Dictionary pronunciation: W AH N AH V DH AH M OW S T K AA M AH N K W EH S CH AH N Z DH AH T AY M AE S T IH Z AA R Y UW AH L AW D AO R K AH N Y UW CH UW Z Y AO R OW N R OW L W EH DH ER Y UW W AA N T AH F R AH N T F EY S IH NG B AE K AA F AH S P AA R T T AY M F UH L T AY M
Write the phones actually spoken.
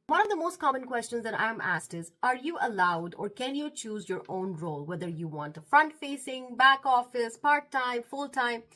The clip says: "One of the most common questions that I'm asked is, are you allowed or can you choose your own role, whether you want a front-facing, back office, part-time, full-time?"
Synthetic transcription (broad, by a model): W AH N AH V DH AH M OW S T K AA M AH N K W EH S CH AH N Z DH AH T AY M AE S T IH Z AA R Y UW AH L AW D AO R K AH N Y UW CH UW Z Y AO R OW N R OW L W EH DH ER Y UW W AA N T AH F R AH N T F EY S IH NG B AE K AA F AH S P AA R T T AY M F UH L T AY M